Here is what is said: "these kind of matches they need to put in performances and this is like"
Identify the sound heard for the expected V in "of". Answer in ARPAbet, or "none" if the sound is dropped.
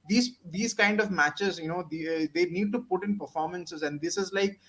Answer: V